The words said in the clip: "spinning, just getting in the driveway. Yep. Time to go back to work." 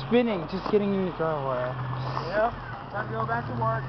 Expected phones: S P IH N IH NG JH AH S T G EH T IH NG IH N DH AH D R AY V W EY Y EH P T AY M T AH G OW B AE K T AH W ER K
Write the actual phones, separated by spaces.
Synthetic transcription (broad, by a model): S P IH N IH NG JH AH S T G EH T IH NG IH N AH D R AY W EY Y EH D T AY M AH G OW B AE K T AH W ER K